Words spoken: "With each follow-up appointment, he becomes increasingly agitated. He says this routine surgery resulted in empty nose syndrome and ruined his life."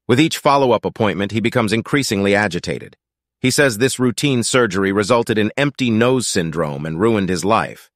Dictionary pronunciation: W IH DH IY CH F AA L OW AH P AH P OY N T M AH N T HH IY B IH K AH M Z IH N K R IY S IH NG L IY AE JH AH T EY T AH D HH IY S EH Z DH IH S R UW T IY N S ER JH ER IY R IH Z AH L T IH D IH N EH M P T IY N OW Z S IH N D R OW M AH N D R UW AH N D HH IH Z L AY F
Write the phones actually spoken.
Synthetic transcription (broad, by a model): W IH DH IY CH F AA L OW AH P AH P OY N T M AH N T HH IY B IH K AH M Z IH N K R IY S IH NG L IY AE JH AH T EY T AH D HH IY S EH Z DH IH S R UW T IY N S ER JH ER IY R IH Z AH L T IH D IH N EH M P T IY N OW Z S IH N D R OW M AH N R UW AH N D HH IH Z L AY F